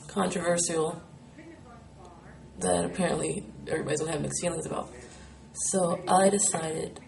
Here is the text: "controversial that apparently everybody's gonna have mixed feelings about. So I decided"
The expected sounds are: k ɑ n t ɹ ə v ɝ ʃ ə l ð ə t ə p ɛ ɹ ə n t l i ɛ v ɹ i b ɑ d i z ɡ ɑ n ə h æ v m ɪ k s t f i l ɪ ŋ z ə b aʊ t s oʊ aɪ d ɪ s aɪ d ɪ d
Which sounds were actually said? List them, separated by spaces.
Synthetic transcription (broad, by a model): k ɑ n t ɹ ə v ɝ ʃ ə l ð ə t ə p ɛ ɹ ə n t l i ɛ v ɹ i b ɑ d i z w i l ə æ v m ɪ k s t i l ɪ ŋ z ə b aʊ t s oʊ aɪ d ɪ s aɪ d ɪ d